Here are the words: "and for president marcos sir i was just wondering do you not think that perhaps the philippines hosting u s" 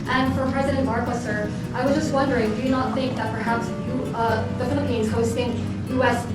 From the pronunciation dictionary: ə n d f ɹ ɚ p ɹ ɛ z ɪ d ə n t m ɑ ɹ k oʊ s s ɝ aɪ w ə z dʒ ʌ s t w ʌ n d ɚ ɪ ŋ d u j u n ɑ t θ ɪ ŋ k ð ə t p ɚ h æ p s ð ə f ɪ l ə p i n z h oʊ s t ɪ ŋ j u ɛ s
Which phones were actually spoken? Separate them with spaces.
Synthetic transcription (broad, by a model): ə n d f ɹ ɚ p ɹ ɛ z ɪ d ə n t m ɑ ɹ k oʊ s s ɝ aɪ w ə z dʒ ʌ s t w ʌ n d ɚ ɪ ŋ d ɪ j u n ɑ t θ ɪ ŋ k ð ə t p ɚ h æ p s ð ə f ɪ l ə p i n z h oʊ s t ɪ ŋ j u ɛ s